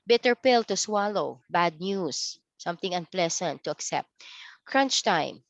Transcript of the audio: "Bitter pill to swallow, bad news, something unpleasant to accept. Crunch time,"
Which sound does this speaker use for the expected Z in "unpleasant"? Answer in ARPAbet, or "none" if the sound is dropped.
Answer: S